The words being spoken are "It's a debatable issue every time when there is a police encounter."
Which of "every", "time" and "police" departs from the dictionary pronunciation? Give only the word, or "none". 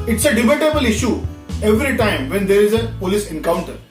none